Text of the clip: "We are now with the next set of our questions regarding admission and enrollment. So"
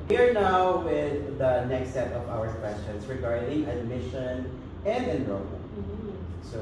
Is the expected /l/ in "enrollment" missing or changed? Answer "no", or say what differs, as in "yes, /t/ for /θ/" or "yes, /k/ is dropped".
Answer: yes, /l/ is dropped